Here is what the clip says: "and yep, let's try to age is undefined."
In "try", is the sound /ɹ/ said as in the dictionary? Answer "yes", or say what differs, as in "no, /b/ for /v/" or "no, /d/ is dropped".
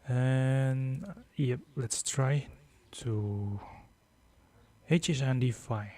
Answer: yes